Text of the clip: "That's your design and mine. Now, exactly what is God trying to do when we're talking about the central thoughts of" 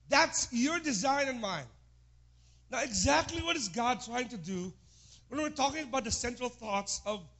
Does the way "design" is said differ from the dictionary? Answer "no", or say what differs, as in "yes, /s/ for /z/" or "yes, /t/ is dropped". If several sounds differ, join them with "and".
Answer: no